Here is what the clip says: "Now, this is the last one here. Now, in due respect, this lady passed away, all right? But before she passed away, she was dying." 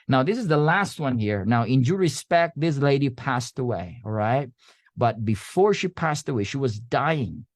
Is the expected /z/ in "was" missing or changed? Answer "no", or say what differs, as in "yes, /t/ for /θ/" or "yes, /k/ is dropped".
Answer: no